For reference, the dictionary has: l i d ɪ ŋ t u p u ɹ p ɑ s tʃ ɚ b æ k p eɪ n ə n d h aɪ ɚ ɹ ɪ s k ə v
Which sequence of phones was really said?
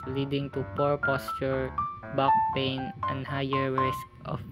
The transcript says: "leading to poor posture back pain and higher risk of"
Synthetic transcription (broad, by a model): l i d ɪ ŋ t u p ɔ ɹ p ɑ s tʃ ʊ b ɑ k p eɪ n ə n d h aɪ ɚ ɹ ɪ s k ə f